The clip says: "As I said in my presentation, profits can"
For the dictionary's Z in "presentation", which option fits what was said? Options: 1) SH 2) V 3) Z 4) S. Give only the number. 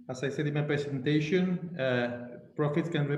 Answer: 4